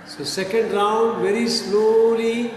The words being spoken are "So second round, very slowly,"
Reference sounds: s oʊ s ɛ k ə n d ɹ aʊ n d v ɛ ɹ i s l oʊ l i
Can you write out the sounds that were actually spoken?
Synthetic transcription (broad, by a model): s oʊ s ɛ k ə n d ɹ aʊ n d v ɛ ɹ i s l oʊ l i